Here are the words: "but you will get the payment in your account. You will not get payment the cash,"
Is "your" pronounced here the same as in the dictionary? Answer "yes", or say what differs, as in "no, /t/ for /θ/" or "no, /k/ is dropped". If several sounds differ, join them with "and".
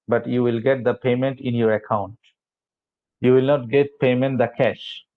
yes